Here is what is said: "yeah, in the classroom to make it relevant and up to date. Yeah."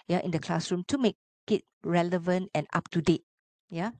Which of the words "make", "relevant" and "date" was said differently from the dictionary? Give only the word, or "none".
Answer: none